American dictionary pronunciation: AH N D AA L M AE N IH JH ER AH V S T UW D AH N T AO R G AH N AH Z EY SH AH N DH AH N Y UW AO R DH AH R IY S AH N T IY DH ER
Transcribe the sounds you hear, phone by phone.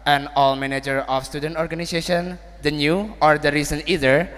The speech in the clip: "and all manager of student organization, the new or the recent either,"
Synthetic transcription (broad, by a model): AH N AA L M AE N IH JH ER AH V S T UW D AH N T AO R G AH N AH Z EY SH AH N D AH N Y UW AO R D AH R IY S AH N IY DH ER